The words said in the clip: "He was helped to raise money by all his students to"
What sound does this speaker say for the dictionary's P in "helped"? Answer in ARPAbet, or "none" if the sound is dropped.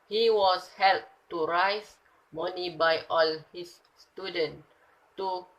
none